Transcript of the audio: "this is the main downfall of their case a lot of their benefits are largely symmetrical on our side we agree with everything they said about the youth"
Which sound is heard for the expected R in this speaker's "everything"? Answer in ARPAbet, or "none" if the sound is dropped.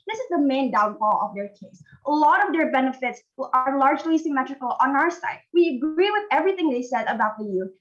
R